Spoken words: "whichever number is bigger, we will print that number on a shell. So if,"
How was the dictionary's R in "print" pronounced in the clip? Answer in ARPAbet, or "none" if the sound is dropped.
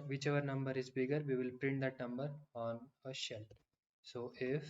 R